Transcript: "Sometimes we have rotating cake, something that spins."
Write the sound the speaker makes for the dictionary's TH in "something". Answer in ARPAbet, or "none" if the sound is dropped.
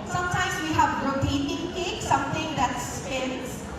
T